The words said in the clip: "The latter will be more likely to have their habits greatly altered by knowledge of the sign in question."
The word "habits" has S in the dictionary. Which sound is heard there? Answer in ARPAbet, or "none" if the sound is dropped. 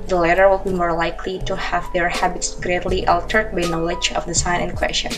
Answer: S